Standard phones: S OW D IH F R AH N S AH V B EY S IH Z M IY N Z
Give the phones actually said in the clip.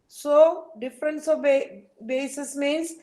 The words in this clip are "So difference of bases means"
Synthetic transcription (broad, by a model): S OW D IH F R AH N S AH B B EY S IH S M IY N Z